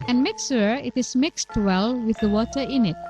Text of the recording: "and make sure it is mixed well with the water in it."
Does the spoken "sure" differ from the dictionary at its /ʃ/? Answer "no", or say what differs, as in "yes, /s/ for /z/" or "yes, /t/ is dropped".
yes, /s/ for /ʃ/